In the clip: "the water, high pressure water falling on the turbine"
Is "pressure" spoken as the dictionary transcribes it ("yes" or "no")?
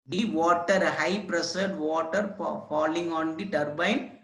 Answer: no